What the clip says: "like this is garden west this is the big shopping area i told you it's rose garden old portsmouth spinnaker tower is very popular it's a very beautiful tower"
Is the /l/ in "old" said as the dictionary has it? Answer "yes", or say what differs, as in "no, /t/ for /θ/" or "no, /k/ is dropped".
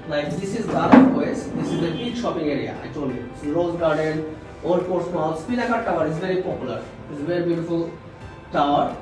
no, /l/ is dropped